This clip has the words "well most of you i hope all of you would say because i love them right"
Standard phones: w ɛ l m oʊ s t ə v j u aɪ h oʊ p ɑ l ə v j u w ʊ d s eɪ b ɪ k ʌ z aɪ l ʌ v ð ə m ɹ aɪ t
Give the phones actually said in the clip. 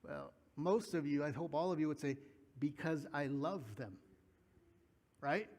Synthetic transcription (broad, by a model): w ɛ l m oʊ s t ə v j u aɪ h oʊ p ɑ l ə v j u w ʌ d s eɪ b ɪ k ʌ z aɪ l ʌ v ð ə m ɹ aɪ t